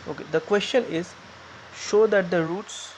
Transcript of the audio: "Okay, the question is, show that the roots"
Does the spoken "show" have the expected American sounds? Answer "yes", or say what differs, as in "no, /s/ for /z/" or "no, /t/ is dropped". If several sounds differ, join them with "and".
yes